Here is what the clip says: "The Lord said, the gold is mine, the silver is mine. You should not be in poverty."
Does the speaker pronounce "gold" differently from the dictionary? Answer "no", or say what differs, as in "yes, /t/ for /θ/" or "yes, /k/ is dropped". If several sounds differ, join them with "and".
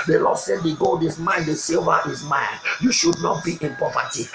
no